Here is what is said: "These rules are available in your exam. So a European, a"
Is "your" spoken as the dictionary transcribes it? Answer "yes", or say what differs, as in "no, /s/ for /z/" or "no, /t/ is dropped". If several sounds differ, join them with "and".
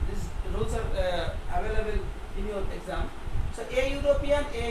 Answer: no, /l/ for /ɹ/